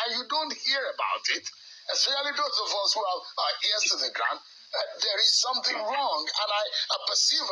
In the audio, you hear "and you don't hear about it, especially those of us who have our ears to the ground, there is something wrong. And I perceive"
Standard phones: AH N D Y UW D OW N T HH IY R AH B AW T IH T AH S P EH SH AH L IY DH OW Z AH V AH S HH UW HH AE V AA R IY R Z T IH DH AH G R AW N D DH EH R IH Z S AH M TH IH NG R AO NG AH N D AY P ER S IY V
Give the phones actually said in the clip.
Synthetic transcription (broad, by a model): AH Y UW D OW N T HH IY R AH B AW T IH T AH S EH AH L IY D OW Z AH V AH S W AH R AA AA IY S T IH DH AH G R AW N D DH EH R IH Z S AH M TH IH NG R AO NG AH N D AY P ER S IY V